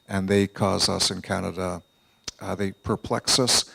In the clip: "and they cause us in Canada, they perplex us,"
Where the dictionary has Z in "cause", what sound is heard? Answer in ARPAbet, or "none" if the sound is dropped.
Z